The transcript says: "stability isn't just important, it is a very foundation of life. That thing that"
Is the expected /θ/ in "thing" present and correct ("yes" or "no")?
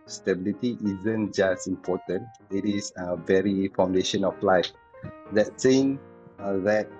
no